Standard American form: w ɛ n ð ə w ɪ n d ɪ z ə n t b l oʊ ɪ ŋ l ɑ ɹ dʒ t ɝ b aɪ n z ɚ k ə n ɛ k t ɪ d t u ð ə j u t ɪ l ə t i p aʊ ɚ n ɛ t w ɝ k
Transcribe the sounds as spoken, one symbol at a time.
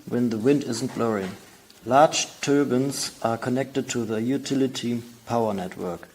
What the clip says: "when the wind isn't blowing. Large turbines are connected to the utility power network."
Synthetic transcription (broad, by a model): w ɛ n ð ə w ɪ n d ɪ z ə n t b l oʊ ɪ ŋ l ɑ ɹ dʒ t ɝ b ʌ n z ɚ k ə n ɛ k t ɪ d t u ð ə j u t ɪ l ə t i p aʊ ɚ n ɛ t w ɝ k